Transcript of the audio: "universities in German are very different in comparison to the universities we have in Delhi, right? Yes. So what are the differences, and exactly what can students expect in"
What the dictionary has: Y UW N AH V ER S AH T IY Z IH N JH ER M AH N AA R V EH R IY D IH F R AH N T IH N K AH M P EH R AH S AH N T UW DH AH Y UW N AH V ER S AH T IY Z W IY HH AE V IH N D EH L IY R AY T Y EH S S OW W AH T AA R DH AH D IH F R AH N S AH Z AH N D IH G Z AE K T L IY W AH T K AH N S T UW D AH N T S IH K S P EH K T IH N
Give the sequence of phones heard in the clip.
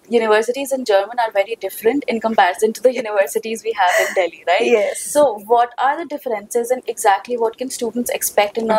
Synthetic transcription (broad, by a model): Y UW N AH V ER S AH T IY Z IH N JH ER M AH N AA R V EH R IY D IH F R AH N T IH N K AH M P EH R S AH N T UW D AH Y UW N AH V ER S AH T IY Z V IY HH AE V IH N D EH L IY R AY T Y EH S S OW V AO T AA R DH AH D IH F R AH N S AH Z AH N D IH G Z AE K T L IY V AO T K AH N S T UW D AH N T S IH K S P EH K T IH N